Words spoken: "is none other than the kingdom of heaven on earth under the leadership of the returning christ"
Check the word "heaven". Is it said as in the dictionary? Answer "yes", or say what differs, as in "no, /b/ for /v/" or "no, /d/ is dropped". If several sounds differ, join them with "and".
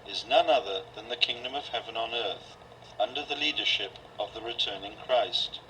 yes